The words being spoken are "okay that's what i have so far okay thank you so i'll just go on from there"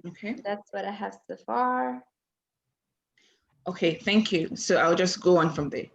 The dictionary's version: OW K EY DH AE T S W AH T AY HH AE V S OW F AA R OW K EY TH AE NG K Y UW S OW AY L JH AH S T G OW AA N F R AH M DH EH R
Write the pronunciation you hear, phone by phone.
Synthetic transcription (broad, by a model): OW K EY DH AE T S W AH T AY HH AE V S OW F AA R OW K EY TH AE NG K Y UW S OW AY L JH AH S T G OW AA N F R AH M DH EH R